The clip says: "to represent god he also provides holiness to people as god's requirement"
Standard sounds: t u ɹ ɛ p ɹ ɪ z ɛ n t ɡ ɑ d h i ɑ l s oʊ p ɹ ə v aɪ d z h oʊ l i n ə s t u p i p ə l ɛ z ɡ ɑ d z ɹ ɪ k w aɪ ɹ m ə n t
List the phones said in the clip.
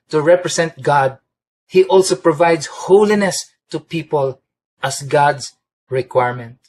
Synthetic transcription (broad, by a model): t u ɹ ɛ p ɹ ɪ s ɛ n t ɡ ɑ d h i ɑ l s oʊ p ɹ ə v aɪ d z h oʊ l i n ə s t u p i p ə l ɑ s ɡ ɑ d s ɹ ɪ k w aɪ ɹ m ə n t